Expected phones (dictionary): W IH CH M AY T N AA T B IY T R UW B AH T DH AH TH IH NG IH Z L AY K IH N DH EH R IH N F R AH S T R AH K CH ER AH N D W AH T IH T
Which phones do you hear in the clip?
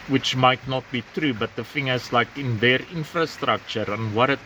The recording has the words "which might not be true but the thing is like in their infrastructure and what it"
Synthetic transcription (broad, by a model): W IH CH M AY T N AA T B IY T R UW B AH T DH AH F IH NG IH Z L AY K IH N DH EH R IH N F R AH S T R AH K CH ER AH N W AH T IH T